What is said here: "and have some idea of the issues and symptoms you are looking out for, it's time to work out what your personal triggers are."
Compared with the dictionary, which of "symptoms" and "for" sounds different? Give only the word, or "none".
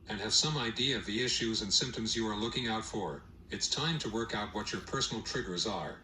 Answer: none